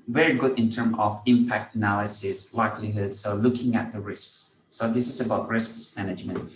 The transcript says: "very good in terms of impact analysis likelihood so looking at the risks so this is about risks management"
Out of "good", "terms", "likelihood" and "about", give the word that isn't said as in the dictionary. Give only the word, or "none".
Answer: terms